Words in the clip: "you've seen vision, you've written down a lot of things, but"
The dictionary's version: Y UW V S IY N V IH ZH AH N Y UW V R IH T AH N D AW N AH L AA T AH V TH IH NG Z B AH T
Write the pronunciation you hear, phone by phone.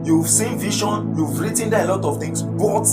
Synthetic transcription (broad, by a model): Y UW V S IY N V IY SH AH N Y UW V R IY T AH N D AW AH L AA T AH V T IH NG S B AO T